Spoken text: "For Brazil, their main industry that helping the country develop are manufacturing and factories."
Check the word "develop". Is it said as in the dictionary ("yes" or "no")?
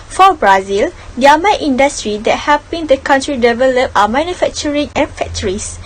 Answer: yes